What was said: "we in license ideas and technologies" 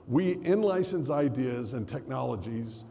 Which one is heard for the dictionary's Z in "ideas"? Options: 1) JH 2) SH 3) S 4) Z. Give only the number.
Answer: 4